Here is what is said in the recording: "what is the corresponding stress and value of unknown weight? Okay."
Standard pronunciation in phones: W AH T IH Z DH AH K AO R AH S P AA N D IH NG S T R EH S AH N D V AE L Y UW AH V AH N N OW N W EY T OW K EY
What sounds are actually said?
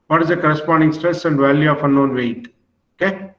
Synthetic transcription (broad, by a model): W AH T IH Z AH K AO R AH S P AA N D IH NG S T R EH S AH N D V AE L Y UW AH F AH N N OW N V EY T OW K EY